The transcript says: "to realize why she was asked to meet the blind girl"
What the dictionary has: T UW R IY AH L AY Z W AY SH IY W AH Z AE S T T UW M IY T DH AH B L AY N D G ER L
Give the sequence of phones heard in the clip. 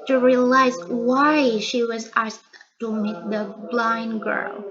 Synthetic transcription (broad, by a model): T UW R IY AH L AY Z W AY SH IY W AH Z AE S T T UW M IY T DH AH B L AY N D G ER L